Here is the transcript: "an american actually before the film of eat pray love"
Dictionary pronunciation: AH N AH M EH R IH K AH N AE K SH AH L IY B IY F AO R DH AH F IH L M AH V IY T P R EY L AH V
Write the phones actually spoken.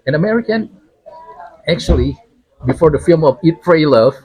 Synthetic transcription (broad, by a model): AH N AH M EH R IH K AH N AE K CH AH L IY B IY F AO R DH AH F IH L M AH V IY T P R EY L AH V